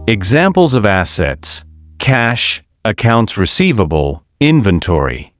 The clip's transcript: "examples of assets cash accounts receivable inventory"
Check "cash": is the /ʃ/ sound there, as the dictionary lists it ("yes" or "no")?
yes